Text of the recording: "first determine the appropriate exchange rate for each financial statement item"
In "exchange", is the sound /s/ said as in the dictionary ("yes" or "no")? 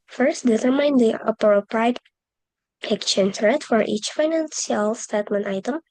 no